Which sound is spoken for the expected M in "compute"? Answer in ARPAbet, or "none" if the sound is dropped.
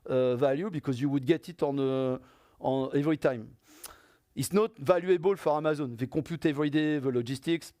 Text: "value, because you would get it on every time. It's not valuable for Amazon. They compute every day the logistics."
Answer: none